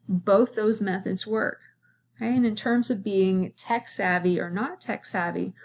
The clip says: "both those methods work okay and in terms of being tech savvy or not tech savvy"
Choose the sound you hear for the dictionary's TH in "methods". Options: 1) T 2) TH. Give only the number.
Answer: 2